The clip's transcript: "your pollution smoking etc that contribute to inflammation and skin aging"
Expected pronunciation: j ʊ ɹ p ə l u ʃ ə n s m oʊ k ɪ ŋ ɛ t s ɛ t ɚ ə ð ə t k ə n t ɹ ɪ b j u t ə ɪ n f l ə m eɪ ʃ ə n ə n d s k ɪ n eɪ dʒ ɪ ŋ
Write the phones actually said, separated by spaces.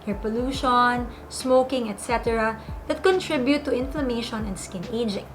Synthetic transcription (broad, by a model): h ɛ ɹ p ə l u ʃ ə n s m oʊ k ɪ ŋ ɛ t s ɛ t ɚ ə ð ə t k ə n t ɹ ɪ b j u t ə ɪ n f l ə m eɪ ʃ ə n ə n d s k ɪ n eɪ dʒ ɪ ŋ